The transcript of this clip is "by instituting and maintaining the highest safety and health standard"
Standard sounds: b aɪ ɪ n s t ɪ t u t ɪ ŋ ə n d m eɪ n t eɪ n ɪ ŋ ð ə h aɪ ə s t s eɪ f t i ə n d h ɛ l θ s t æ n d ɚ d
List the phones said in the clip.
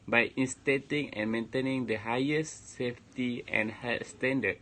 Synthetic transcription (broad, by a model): b aɪ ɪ n s t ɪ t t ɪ ŋ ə n m eɪ n t eɪ n ɪ ŋ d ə h aɪ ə s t s eɪ f t i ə n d h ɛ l t s t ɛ n d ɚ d